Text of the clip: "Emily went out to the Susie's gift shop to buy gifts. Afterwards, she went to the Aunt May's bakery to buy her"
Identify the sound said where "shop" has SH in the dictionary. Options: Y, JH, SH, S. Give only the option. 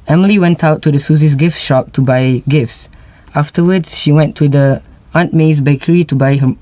SH